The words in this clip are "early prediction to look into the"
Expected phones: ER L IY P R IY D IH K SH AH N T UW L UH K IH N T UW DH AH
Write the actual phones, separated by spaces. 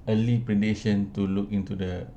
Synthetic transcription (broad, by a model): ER L IY P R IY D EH SH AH N T UW L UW K IH N T UW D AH